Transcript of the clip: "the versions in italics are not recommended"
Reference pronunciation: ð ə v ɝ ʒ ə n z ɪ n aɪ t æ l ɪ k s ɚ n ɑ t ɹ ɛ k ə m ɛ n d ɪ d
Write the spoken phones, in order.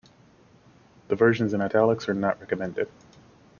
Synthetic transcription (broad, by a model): ð ə v ɝ ʒ ə n z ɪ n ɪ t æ l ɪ k s ɚ n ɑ t ɹ ɛ k ə m ɛ n d ɪ d